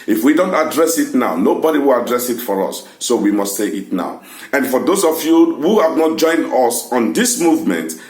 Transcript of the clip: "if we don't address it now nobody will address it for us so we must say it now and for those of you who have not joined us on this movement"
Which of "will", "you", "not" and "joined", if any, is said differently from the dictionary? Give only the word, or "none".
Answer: none